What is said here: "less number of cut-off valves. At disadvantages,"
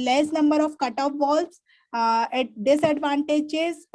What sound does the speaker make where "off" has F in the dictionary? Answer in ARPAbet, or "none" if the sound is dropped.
P